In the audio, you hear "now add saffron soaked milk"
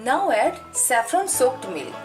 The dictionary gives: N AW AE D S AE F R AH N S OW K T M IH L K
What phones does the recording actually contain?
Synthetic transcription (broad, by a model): N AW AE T S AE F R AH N S OW K T M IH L